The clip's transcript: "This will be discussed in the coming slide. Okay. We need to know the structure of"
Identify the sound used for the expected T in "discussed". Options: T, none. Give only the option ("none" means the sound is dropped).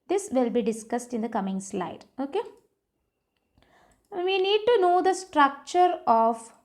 T